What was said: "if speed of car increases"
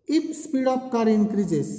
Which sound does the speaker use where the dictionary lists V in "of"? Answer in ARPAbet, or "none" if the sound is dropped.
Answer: P